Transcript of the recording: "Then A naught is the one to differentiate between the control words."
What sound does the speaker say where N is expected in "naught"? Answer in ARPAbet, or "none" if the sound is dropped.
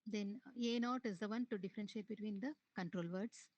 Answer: N